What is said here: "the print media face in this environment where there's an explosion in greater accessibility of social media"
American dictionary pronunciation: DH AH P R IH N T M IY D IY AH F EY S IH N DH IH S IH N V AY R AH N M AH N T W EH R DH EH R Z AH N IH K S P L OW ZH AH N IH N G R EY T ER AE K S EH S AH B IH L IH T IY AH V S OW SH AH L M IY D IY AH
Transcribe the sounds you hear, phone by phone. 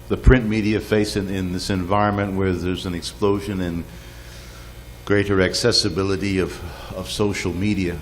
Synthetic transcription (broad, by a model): DH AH P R IH N M IY D IY AH F EY S IH N DH IH S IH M V AY R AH N M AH N T W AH R DH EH R Z AH N IH K S P L OW ZH AH N IH N G R EY T ER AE K S EH S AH B IH L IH T IY AH V S OW SH L M IY D IY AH